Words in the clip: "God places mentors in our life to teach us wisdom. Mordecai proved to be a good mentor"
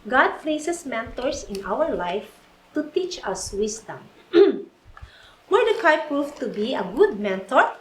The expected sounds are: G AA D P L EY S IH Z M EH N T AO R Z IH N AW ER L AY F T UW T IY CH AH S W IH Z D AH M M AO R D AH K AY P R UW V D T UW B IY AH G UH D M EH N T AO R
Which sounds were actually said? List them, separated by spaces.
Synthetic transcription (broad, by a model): G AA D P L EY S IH S M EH N T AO R S IH N AW ER L AY F T UW T IY CH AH S W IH S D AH M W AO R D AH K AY P R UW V T UW B IY AH G UH D M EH N T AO R